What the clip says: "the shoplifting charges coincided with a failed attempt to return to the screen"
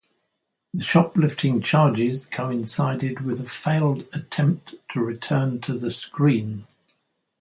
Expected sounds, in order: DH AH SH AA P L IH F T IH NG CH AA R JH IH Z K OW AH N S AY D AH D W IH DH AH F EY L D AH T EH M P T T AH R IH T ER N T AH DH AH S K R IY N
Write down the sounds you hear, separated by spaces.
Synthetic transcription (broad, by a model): DH AH SH AA P L IH F T IH NG CH AA JH IH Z K OW AH N S AY D AH D W IH DH AH F EY L D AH T EH M P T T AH R IH T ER N T AH DH AH S K R IY N